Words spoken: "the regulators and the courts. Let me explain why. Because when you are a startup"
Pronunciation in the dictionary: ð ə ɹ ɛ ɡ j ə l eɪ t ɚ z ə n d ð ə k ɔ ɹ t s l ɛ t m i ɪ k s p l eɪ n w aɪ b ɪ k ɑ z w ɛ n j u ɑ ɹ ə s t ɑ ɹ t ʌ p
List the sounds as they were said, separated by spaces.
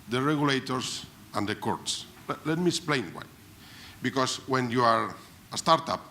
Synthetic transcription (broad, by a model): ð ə ɹ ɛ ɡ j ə l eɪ t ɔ s ə n d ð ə k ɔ ɹ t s l ɛ t m i ɪ k s p l eɪ n w aɪ b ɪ k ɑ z w ɛ n j u ɑ ɹ ə s t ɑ ɹ t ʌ p